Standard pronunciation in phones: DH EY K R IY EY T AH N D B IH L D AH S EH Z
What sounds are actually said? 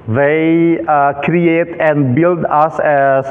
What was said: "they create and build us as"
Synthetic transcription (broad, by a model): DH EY K R IY EY T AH N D B IH L D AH S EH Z